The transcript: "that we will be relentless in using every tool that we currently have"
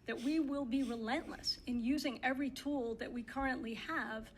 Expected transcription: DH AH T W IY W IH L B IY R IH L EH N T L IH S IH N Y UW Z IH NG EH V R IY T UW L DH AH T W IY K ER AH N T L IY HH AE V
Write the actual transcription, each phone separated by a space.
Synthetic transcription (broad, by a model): DH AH T W IY W IH L B IY R IH L EH N T L IH S IH N Y UW Z IH NG EH V R IY T UW L DH AH T W IY K ER AH N T L IY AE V